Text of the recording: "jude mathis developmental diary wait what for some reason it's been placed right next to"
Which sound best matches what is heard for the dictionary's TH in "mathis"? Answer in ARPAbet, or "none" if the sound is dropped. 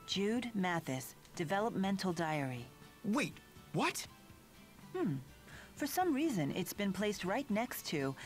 TH